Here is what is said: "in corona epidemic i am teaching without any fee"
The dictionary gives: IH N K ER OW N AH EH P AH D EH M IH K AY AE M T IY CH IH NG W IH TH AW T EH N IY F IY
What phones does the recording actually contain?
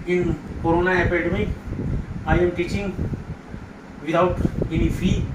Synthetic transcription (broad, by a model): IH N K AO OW N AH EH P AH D M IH AY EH M T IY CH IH NG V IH T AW T EH N IY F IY